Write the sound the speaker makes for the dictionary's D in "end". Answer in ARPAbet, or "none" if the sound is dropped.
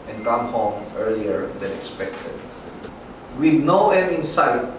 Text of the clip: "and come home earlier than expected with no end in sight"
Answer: none